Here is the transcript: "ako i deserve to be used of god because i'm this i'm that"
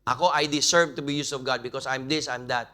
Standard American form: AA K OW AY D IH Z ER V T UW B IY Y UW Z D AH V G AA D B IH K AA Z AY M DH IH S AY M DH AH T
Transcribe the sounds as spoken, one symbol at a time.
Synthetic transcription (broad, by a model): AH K OW AY D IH S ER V T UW B IY Y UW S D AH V G AA D B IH K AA S AY M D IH S AY M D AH T